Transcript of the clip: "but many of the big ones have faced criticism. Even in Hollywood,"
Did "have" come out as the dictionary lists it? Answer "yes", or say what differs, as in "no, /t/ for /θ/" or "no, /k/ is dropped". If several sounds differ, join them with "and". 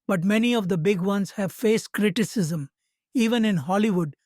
yes